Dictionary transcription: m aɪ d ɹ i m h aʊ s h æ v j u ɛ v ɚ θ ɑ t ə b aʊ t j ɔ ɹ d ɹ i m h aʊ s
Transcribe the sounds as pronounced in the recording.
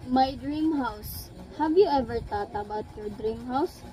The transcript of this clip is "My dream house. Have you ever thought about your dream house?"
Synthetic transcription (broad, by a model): m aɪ d ɹ i m h aʊ s h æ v j u ɛ v ɚ t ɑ t ə b aʊ t j ɔ ɹ d ɹ i m h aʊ s